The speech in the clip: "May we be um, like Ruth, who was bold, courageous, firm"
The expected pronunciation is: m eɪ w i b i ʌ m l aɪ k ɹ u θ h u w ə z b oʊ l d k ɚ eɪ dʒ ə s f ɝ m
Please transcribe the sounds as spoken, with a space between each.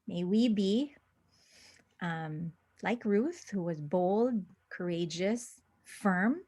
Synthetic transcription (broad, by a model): m eɪ w i b i ʌ m l aɪ k ɹ u θ h u w ə z b oʊ l d k ɚ eɪ dʒ ə s f ɝ m